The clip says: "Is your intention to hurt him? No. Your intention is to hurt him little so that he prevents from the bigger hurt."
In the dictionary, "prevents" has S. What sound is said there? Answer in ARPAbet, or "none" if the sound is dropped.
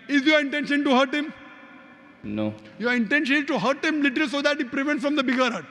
none